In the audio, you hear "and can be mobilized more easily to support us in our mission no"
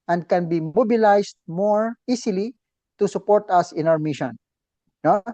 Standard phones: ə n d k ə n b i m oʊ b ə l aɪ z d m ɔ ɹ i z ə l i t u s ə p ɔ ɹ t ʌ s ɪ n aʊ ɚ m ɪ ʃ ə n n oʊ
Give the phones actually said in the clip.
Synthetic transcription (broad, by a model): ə n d k ə n b i m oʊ b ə l aɪ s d m ɔ ɹ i s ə l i t u s ə p ɔ ɹ t ʌ s ɪ n aʊ ɚ m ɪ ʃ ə n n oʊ